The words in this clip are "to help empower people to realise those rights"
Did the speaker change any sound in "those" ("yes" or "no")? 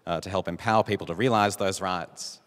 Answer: no